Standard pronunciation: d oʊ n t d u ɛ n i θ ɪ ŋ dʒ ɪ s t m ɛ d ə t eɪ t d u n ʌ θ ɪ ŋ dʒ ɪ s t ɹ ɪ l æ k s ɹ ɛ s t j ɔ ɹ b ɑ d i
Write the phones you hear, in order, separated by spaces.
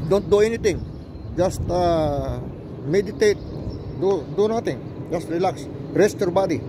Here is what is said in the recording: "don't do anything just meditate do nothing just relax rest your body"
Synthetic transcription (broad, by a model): d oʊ n t d u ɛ n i t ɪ ŋ dʒ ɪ s t m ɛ d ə t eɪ t d u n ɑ t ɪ ŋ dʒ ɪ s t ɹ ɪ l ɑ k s ɹ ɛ s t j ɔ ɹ b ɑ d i